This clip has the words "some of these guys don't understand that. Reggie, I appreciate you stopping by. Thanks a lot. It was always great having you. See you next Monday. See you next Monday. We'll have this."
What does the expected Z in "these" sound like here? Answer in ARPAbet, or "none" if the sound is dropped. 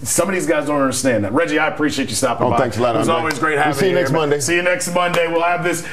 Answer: Z